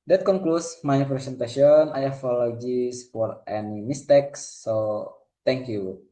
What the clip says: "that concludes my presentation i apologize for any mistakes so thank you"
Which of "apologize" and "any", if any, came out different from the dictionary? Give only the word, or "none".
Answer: apologize